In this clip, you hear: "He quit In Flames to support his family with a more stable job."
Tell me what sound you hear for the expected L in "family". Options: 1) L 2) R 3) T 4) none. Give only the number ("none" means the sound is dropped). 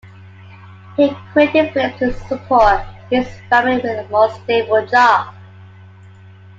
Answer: 4